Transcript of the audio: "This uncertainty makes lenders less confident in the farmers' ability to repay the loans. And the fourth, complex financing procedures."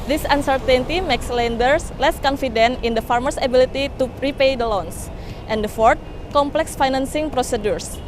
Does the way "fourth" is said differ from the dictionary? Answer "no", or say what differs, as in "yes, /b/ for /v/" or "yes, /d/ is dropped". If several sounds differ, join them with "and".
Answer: yes, /t/ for /θ/